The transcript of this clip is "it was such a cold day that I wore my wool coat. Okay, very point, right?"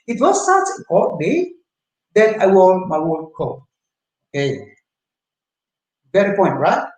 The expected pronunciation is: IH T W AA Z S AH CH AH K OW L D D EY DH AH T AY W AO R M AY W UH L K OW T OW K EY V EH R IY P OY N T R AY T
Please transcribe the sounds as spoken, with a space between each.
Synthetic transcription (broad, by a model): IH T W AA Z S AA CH AH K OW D D EY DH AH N AY W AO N M AY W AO N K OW OW K EY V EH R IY P OY N T R AY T